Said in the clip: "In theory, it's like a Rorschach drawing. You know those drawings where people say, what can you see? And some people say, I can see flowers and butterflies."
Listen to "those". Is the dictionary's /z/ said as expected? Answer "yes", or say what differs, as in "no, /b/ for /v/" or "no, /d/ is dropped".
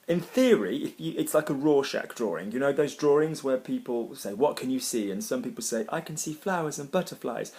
yes